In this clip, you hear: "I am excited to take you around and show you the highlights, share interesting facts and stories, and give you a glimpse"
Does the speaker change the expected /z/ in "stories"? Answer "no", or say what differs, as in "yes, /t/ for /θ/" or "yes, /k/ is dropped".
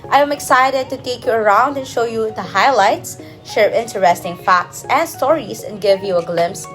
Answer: yes, /s/ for /z/